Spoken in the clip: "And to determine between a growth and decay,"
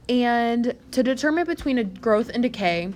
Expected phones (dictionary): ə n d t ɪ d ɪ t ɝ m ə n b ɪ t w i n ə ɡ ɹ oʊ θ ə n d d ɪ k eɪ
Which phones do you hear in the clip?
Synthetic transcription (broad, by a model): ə n t ɪ d ɪ t ɝ m ə n b ɪ t w i n ə ɡ ɹ oʊ θ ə n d d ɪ k eɪ